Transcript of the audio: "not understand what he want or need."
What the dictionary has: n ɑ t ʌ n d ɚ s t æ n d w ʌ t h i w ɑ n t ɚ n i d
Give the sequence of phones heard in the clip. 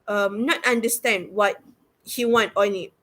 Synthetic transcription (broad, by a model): n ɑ t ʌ n d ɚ s t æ n d w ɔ t h i w ɑ n t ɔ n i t